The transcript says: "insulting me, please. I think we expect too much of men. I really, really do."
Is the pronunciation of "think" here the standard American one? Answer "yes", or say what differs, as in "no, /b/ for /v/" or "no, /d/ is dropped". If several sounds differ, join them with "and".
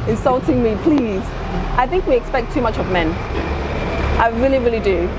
yes